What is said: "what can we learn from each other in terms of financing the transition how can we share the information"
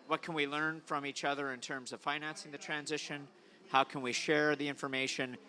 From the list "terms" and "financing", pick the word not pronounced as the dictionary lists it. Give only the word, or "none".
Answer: none